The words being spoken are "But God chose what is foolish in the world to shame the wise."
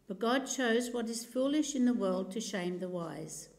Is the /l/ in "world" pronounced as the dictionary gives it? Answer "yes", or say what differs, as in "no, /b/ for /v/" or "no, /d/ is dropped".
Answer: yes